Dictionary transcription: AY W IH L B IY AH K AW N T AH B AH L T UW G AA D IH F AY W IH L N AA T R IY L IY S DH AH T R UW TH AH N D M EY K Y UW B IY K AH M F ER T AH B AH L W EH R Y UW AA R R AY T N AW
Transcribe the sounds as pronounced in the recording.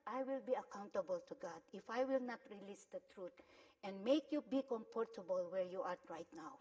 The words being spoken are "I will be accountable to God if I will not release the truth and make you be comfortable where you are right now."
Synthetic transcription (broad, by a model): AY W IH L B IY AH K AW N T AH B AH L T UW G AA D IH F AY W IH L N AA T R IY L IY S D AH T R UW T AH N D M EY K Y UW B IY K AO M P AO T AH B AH L W EH R Y UW AA R R AY T N AW